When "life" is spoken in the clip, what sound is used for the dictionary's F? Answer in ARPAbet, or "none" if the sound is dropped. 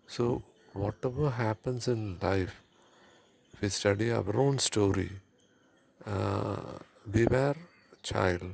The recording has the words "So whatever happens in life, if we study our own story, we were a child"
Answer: none